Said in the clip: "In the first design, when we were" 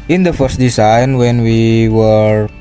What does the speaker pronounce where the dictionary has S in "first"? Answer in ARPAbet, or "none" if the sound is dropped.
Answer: S